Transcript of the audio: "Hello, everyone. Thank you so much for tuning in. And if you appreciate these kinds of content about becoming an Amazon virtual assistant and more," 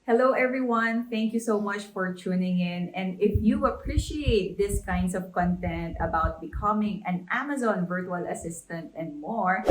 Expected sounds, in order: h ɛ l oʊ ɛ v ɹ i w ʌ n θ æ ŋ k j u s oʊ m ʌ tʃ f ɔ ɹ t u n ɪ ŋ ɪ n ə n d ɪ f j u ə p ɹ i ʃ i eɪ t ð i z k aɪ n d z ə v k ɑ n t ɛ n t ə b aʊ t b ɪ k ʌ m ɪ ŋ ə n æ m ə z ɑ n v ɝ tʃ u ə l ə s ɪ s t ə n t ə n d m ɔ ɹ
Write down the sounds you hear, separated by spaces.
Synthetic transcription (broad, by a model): h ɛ l oʊ ɛ v ɹ i w ʌ n θ æ ŋ k j u s oʊ m ʌ tʃ f ɔ ɹ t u n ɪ ŋ ɪ n ə n d ɪ f j u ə p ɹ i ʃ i eɪ t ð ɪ s k aɪ n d s ə v k ɑ n t ɛ n t ə b aʊ t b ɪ k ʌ m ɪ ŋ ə n æ m ə z ɑ n v ɝ tʃ u ə l ə s ɪ s t ə n t ə n d m ɔ ɹ